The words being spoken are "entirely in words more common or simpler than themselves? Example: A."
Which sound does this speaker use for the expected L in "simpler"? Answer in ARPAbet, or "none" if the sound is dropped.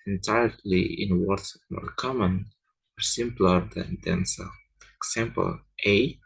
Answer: L